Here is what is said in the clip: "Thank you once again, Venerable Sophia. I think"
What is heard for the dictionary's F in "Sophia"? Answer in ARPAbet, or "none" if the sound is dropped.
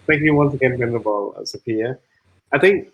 P